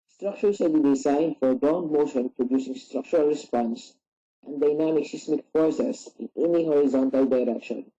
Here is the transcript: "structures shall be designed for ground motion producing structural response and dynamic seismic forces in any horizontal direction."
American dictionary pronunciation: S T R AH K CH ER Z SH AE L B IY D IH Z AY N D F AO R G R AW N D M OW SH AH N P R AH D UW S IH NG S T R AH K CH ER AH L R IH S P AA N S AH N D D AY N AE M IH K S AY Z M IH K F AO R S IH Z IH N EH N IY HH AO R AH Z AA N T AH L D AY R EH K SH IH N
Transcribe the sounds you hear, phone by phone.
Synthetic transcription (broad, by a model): S T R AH K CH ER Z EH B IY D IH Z AY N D F AO R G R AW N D M OW SH AH N P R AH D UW S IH NG S T R AH K CH ER AH L R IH S P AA N S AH N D D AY N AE M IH K S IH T M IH K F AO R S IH S IH N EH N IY HH AO R AH Z AA N T AH L D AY R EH K SH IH N